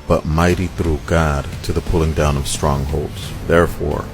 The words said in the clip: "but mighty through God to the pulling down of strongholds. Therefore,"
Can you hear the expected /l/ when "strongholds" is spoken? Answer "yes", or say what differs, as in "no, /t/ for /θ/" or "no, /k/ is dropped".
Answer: yes